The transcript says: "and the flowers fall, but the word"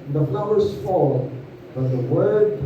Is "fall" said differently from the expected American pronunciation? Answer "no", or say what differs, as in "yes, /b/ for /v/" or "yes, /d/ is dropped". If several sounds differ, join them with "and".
no